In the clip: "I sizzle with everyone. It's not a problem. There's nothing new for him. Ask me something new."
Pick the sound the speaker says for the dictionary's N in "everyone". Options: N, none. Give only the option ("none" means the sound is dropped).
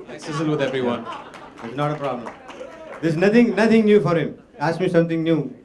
N